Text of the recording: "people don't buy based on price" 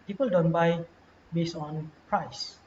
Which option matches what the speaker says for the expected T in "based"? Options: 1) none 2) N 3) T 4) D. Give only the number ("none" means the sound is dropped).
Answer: 1